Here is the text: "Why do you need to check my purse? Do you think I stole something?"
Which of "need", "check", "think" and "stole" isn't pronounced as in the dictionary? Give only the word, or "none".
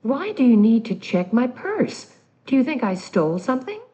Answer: none